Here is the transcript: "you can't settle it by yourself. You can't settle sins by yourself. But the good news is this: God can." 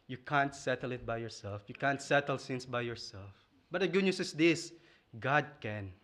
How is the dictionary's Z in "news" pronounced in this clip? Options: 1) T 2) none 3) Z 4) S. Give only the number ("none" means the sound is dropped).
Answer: 4